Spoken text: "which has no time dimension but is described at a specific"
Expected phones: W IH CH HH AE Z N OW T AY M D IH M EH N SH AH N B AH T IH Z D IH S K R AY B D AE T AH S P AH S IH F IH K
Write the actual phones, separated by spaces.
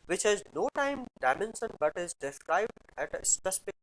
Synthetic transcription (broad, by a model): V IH CH HH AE Z N OW T AY M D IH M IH N S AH N B AH T IH Z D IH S R AY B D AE T S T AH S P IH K